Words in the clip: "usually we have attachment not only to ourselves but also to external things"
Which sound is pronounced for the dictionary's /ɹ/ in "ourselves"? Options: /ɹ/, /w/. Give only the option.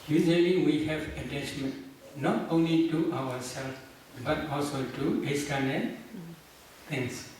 /w/